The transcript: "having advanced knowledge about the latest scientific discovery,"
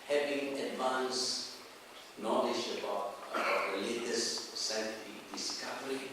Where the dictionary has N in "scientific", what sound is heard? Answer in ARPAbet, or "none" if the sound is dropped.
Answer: none